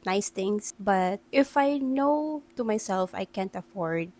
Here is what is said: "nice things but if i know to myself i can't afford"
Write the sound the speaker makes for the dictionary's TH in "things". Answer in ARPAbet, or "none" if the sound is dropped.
T